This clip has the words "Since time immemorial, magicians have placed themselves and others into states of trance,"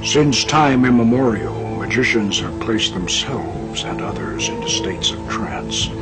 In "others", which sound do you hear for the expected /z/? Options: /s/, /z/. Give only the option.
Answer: /z/